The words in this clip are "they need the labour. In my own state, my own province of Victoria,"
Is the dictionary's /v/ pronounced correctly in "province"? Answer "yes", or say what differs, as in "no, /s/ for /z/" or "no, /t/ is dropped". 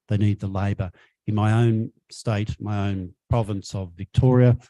yes